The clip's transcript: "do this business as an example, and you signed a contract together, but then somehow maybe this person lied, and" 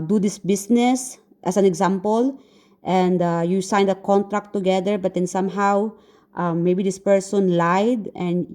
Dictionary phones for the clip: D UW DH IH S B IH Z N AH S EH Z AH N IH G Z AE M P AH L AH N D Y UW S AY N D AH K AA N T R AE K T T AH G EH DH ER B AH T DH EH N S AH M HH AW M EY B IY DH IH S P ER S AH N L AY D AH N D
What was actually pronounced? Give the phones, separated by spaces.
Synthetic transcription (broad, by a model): D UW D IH S B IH S N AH S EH S AH N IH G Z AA M P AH L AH N D Y UW S AY N D AH K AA N T R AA K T T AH G EH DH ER B AH T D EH N S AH M HH AW M EY B IY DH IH S P ER S AH N L AY D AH N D